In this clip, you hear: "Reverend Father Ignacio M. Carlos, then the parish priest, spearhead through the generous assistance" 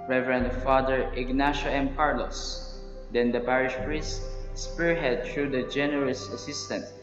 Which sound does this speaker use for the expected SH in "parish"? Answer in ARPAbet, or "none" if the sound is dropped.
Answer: SH